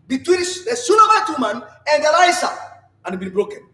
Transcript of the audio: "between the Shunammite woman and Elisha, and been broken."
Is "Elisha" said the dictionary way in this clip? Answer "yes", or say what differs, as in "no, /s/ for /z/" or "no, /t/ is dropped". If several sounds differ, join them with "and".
no, /s/ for /ʃ/